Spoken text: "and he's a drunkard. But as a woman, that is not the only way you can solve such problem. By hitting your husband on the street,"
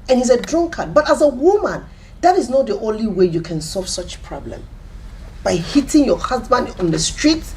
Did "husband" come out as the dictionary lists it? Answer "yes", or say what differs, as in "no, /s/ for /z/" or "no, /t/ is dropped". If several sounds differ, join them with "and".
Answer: yes